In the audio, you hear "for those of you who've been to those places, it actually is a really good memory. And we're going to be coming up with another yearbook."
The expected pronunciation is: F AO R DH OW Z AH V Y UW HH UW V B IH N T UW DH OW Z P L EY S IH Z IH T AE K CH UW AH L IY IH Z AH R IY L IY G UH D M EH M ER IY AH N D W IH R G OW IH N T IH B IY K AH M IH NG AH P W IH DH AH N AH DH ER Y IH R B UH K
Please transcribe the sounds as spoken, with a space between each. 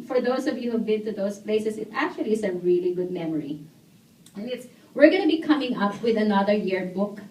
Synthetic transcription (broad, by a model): F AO R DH OW S AH V Y UW HH UW V B IH N T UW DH OW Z P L EY S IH S IH T AE K CH UW AH L IY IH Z AH R IY L IY G UH D M EH M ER IY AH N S W IH R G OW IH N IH B IY K AH M IH NG AH P W IH DH AH N AH DH ER Y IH R B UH K